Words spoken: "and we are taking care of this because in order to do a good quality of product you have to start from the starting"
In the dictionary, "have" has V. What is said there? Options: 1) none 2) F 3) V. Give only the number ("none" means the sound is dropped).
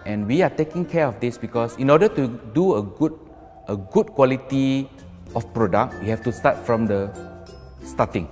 2